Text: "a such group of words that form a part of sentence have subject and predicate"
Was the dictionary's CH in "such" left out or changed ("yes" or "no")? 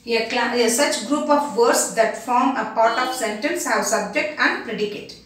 no